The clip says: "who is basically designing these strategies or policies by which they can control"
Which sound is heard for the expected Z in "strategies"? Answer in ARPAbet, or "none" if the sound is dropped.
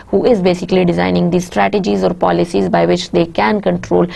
Z